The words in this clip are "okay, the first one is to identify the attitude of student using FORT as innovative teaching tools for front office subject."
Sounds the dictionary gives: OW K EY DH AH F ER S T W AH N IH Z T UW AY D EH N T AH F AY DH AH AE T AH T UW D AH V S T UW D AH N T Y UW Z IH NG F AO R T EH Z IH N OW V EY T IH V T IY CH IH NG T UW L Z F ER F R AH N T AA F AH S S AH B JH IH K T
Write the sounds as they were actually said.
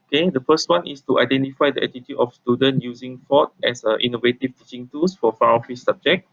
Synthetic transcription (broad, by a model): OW K EY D AH F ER S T W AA N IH S T UW AY D EH N T AH F AY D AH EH T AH T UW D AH F S T UW D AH N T Y UW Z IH NG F AO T EH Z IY N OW V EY T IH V T IY CH IH NG T UW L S F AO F AA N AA F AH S S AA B JH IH K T